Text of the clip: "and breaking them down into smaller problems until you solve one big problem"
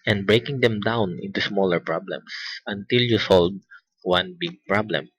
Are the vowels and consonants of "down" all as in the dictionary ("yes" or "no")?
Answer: yes